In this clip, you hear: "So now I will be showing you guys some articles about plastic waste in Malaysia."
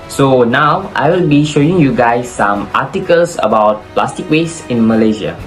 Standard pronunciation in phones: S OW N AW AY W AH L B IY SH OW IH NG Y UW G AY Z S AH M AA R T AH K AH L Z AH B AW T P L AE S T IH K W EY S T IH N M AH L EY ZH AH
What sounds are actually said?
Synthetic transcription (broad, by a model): S OW N AW AY W AH L B IY SH OW IH NG Y UW G AY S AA M AA T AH K AH L S AH B AW T P L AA S T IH K W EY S IH N M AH L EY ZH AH